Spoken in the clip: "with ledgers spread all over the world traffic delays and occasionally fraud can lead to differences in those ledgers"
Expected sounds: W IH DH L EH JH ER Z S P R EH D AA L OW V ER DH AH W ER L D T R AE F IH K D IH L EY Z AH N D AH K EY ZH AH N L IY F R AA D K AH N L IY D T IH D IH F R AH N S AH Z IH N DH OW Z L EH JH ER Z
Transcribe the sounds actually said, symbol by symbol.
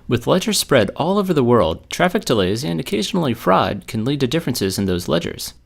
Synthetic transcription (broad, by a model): W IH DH L EH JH ER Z S P R EH D AA L OW V ER DH AH W ER L D T R AE F IH K D IH L EY Z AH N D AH K EY ZH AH N L IY F R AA D K AH N L IY D T IH D IH F R AH N S AH Z IH N DH OW Z L EH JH ER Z